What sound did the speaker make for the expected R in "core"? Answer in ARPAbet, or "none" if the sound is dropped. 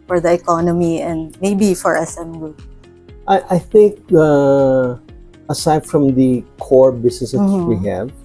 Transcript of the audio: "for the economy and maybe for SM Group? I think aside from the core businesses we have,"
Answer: R